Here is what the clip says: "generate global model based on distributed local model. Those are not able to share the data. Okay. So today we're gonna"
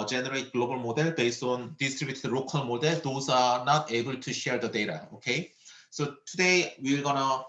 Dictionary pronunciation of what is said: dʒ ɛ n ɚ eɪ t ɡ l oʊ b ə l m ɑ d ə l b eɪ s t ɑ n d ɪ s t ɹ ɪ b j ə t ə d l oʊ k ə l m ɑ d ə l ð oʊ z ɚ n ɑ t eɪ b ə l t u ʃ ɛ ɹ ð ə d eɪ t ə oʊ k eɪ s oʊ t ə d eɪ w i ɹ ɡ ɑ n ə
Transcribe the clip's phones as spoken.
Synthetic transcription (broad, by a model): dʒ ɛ n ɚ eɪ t ɡ l oʊ b ə l m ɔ d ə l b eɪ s ɑ n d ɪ s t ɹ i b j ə t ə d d oʊ k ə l m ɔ d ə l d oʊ s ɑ n ɑ t eɪ b ə l t u ʃ ɛ ɹ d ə d eɪ t ə oʊ k eɪ s oʊ t ə d eɪ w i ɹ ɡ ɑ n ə